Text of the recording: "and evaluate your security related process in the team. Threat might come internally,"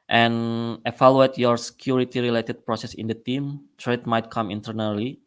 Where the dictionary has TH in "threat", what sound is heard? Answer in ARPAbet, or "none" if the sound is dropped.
T